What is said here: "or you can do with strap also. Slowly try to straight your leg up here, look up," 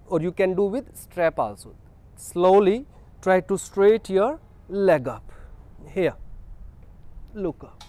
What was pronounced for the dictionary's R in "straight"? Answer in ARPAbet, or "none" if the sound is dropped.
R